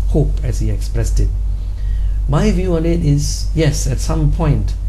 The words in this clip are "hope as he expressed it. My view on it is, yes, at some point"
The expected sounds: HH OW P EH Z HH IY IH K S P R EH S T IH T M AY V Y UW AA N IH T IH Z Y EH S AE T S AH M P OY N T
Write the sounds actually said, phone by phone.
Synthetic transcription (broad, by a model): HH OW P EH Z HH IY IH K S P R EH S T IH T M AY V Y UW AA N IH T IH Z Y EH S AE T S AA M P OY N T